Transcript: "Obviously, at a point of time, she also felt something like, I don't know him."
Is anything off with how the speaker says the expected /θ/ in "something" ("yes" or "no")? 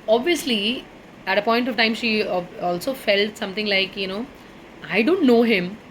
yes